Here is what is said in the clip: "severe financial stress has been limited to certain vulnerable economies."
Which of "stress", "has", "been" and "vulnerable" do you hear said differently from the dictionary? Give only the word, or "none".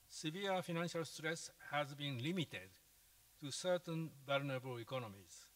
vulnerable